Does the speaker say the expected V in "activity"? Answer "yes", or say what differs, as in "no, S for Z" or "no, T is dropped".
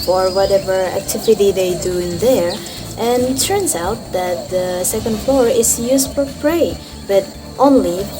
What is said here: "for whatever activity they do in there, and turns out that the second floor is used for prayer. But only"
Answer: yes